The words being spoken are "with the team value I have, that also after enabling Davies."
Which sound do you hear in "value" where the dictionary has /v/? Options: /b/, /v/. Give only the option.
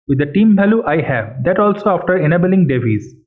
/b/